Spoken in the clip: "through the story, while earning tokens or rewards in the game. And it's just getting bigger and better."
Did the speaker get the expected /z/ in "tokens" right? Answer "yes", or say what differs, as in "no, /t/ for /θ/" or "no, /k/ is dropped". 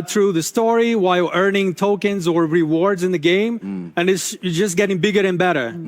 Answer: yes